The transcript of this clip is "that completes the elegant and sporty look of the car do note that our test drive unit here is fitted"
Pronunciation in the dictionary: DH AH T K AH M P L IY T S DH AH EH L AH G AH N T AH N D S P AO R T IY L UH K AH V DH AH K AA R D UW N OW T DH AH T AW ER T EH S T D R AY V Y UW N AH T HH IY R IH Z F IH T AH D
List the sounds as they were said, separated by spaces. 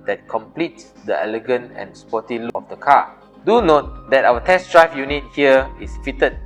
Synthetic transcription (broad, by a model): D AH T K AH M P L IY T S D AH EH L AH G AH N T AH N S P AO T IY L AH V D AH K AA D UW N OW T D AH T AW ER T EH S D R AY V Y UW N AH T HH IY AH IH S F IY T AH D